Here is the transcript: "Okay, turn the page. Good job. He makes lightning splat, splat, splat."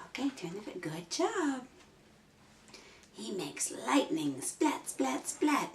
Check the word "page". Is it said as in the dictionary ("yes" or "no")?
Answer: no